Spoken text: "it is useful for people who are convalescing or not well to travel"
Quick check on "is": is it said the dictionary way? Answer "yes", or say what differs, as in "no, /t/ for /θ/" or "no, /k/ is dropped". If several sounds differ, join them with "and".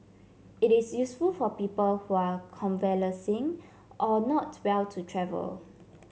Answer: no, /s/ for /z/